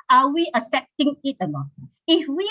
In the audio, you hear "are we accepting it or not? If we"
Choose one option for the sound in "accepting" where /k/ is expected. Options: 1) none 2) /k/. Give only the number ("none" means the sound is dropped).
1